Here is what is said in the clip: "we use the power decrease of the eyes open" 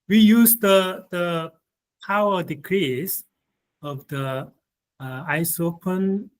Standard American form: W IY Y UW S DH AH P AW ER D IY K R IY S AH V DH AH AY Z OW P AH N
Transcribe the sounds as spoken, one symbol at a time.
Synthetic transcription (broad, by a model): W IY Y UW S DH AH P AW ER D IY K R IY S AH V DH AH AY S OW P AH N